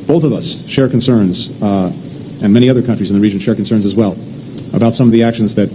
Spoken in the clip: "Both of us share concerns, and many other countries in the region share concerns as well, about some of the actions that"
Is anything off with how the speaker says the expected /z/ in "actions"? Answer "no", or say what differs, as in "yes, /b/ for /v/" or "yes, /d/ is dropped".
no